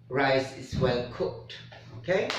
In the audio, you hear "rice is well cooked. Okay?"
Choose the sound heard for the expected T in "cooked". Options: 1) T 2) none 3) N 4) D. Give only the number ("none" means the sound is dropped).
1